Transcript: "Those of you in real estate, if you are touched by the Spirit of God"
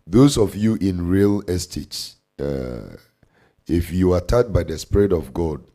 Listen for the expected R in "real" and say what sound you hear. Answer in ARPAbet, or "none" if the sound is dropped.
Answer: R